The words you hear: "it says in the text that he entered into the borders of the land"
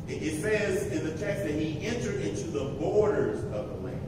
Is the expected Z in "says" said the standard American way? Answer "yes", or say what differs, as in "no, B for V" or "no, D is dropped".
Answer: yes